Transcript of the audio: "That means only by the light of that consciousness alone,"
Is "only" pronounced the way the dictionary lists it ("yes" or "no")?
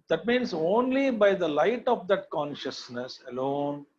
yes